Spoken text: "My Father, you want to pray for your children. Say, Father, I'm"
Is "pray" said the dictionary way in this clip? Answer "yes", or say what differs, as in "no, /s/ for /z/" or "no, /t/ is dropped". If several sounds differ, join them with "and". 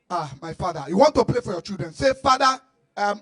no, /l/ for /ɹ/